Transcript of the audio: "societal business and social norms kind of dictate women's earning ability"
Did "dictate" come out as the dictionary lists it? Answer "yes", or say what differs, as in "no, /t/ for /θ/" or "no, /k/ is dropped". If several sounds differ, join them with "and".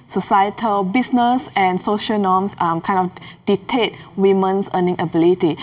no, /k/ is dropped